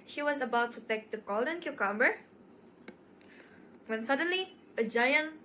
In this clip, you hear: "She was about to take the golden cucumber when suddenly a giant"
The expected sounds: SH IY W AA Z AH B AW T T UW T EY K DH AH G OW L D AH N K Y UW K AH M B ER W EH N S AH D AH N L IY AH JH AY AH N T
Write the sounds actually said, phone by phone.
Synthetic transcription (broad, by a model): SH IY W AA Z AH B AW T T UW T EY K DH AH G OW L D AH N K Y UW K AH M B ER W EH N S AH D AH N L IY AH JH AY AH N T